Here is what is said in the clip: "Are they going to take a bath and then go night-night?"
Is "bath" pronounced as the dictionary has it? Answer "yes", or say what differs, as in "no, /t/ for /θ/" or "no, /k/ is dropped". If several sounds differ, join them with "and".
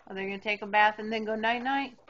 yes